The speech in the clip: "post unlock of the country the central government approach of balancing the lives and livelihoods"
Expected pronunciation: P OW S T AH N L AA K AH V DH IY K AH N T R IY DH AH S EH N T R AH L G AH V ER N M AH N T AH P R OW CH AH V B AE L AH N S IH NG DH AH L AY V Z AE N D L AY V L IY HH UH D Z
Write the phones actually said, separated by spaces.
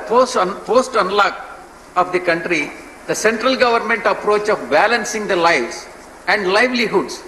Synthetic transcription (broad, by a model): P OW S T AH N L AA K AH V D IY K AH N T R IY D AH S EH N T R AH L G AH V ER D M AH N T AH P R OW CH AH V B AE L AH N S IH NG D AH L AY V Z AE N D L AY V L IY HH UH D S